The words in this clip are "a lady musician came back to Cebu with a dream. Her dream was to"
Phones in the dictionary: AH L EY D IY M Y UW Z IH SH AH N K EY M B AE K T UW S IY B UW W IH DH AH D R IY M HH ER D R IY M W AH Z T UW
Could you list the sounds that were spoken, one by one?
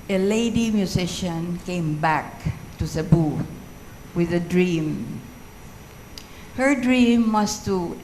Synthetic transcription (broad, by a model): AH L EY D IY M Y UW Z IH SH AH N K EY M B AE K T UW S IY B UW W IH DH AH D R IY M HH ER D R IY M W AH S T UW